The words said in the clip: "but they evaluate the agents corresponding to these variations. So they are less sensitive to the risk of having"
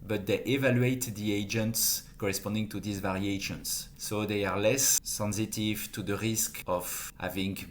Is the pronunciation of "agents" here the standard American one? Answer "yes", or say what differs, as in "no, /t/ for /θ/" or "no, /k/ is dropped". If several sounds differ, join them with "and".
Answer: yes